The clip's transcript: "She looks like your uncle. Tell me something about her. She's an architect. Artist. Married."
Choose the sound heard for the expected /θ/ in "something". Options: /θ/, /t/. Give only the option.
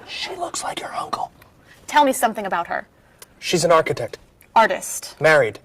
/θ/